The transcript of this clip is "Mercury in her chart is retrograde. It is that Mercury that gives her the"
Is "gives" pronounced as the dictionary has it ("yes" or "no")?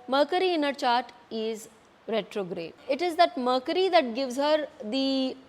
yes